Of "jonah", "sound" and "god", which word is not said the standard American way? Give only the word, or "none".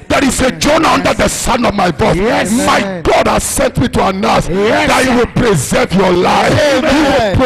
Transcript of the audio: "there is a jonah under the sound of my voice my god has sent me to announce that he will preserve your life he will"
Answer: sound